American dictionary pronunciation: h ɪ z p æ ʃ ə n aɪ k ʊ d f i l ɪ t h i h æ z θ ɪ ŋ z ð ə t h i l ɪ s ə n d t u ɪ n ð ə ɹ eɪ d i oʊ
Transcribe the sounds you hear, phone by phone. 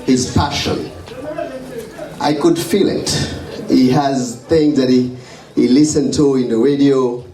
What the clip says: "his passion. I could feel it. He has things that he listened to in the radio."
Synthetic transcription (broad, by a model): h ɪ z f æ ʃ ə n aɪ k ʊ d f i l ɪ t h i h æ z θ ɪ ŋ z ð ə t h i l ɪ s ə n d t u ɪ n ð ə ɹ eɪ d i oʊ